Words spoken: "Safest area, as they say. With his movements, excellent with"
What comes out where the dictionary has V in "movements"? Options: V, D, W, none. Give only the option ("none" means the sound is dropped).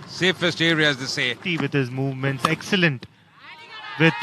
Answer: V